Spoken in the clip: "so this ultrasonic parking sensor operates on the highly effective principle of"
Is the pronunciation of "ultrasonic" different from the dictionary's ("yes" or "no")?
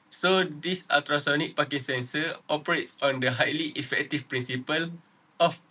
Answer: yes